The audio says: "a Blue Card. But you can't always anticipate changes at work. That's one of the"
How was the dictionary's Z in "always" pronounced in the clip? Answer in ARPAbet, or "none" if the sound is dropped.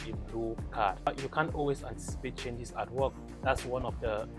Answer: S